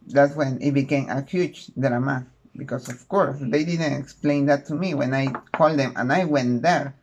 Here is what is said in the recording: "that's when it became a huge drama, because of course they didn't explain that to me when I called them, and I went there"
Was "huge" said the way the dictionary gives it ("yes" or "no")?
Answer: no